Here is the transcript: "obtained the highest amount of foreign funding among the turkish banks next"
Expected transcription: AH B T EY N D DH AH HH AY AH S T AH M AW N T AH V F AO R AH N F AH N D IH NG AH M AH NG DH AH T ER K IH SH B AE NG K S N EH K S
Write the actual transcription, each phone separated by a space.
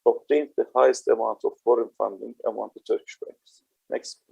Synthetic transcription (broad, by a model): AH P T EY N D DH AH HH AY AH S T AH M AW N T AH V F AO R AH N F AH N D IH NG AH M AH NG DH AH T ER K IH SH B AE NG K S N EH K S